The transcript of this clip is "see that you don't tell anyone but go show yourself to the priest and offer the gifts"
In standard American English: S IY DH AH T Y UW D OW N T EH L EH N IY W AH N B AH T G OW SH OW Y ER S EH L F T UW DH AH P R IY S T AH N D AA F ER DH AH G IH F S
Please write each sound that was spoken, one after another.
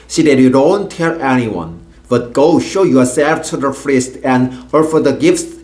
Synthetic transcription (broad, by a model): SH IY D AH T Y UW D OW N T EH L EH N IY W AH N B AH T G OW SH OW Y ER S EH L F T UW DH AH F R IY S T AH N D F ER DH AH G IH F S